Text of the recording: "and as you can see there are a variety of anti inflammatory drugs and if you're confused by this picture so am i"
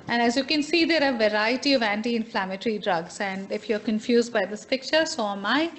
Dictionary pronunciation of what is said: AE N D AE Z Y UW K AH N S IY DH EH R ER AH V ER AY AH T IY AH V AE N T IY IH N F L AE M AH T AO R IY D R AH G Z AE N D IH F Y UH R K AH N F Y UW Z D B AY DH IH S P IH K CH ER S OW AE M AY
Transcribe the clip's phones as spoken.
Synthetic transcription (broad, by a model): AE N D AE Z Y UW K AH N S IY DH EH R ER AH V ER AY AH T IY AH V AE N T IY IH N F L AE M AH T R IY D R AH G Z AE N D IH F Y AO R K AH N F Y UW Z D B AY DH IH S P IH K CH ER S OW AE M AY